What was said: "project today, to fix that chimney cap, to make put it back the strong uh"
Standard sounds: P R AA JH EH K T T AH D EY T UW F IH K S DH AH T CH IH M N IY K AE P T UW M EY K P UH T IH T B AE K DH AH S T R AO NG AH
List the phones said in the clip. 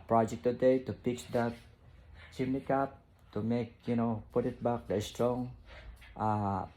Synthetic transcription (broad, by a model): P R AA JH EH K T T AH D EY T UW P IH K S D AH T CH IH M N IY K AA P T UW M EY K P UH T IH T B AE K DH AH S T R AO NG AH